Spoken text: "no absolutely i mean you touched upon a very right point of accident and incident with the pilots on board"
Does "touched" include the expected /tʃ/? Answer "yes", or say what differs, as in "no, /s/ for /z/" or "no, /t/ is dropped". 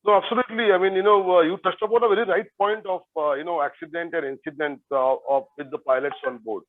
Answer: no, /s/ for /tʃ/